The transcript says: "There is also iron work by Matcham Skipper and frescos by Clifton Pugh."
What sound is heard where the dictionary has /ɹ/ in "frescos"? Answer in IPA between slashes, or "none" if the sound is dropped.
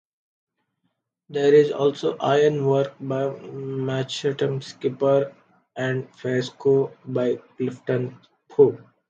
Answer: none